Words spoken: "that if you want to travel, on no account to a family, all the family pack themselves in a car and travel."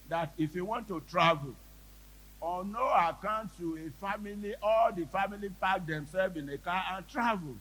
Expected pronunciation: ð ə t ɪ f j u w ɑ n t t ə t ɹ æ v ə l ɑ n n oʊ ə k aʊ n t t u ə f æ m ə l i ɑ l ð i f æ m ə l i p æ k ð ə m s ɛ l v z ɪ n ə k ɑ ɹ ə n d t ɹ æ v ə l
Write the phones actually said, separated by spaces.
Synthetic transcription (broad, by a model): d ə t ɪ f j u w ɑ n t t ə t ɹ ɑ v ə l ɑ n n oʊ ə k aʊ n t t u ə f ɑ m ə l i ɑ l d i f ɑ m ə l i p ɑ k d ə m s ɛ l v ɪ n ə k ɑ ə n t ɹ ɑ v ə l